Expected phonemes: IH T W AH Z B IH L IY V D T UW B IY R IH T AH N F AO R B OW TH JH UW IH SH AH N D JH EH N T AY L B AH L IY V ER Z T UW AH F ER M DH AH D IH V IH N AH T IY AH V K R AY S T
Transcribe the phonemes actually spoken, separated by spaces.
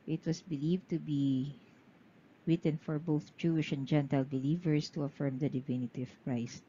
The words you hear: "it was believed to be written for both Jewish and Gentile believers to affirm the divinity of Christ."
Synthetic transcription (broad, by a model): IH T W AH S B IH L IY V T UW B IY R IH T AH N F AO R B OW TH JH UW IH SH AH N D JH EH N T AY L B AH L IY V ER S T UW AH F ER M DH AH D IH V IH N AH T IY AH V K R AY S T